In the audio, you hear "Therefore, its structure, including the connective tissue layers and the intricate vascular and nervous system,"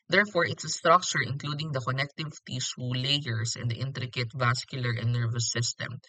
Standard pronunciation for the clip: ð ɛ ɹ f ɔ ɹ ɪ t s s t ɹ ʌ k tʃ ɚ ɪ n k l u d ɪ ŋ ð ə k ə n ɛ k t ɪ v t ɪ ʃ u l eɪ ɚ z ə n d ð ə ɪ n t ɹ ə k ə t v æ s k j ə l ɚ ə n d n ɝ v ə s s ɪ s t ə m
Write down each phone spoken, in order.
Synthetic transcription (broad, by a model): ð ɛ ɹ f ɔ ɹ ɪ t s s t ɹ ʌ k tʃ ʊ ɪ n k l u d ɪ ŋ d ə k ə n ɛ k t ɪ v t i s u l eɪ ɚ s ə n d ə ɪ n t ɹ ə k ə t v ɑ s k j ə l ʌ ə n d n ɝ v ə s s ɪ s t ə m